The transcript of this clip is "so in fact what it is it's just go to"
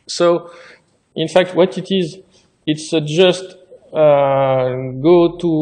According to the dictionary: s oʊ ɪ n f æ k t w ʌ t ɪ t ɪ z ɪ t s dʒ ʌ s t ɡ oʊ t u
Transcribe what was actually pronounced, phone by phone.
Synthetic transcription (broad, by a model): s oʊ ɪ n f æ k t w ʌ t ɪ t ɪ z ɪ t s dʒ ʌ s t ɡ oʊ t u